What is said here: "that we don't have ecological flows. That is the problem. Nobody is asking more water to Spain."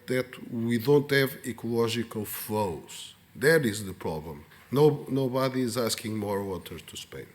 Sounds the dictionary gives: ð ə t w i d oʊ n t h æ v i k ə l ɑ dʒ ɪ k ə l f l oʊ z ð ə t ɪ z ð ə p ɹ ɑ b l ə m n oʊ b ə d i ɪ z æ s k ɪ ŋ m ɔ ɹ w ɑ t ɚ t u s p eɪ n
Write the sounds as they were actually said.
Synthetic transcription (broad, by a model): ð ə t w i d oʊ n t h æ v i k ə l ɑ ʒ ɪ k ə l f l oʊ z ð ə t ɪ z ð ə p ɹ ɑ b l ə m n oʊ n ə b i ɪ z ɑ s k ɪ ŋ m ɔ ɹ w ɑ t ɚ t u s p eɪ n